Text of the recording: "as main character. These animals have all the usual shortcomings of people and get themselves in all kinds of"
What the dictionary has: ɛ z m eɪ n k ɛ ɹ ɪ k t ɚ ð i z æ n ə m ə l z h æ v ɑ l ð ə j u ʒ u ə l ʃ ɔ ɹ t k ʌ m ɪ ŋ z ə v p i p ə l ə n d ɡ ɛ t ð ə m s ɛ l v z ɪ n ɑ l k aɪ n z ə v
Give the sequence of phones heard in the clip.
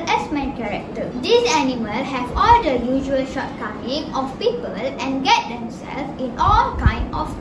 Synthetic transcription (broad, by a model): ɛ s m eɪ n k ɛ ɹ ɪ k t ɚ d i s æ n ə m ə l h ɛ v ɑ l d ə j u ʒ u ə l ʃ ɔ t k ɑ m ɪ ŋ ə f p i p ə l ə n ɡ ɛ t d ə m s ɛ l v ɪ n ɑ l k aɪ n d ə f